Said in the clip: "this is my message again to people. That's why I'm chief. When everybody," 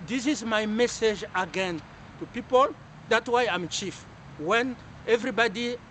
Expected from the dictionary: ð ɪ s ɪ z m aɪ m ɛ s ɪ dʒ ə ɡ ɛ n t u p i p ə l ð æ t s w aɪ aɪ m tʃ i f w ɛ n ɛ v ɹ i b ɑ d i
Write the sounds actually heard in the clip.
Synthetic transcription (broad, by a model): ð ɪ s ɪ z m aɪ m ɛ s ɪ dʒ ə ɡ ɛ n t u p i p ə l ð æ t s w aɪ aɪ m tʃ i f w ɛ n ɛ v ɹ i b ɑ d i